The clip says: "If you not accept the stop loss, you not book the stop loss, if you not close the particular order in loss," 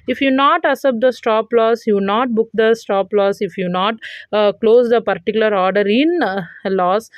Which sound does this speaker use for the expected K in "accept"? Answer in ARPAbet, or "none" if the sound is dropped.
none